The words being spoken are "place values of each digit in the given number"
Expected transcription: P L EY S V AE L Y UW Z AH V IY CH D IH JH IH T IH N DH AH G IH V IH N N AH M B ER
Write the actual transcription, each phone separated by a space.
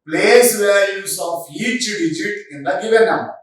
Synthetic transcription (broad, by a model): P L EY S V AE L Y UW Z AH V IY CH D IH JH IH T IH N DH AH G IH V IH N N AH M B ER